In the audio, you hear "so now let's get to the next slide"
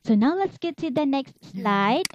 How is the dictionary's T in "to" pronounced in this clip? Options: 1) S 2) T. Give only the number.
1